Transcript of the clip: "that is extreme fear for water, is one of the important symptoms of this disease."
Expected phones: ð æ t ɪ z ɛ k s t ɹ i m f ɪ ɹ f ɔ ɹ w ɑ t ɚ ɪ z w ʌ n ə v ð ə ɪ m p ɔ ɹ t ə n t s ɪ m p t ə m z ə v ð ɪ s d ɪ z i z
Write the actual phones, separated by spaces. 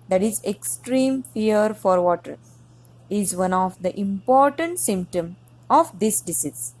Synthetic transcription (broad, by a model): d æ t ɪ z ɛ k s t ɹ i m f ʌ ɹ f ɔ ɹ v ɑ t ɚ ɪ z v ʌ n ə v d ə ɪ m p ɔ ɹ t ə n t s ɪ m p t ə m ə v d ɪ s d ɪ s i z